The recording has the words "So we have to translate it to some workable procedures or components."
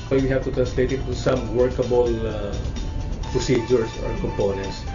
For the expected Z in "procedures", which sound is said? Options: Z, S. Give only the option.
S